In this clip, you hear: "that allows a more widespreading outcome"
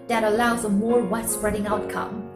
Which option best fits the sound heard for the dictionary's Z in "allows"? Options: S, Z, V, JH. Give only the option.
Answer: Z